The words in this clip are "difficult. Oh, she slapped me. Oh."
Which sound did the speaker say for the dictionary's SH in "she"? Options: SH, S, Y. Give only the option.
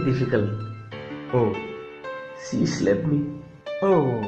S